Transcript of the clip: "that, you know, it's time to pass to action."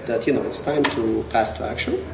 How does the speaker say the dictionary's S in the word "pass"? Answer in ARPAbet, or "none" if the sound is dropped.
S